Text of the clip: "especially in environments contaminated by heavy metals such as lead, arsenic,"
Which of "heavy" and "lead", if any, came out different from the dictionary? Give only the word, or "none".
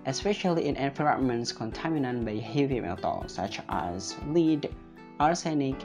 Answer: none